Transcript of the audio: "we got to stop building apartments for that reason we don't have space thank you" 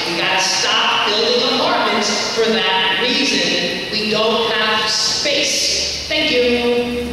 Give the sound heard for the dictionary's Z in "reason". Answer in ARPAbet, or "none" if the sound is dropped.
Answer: Z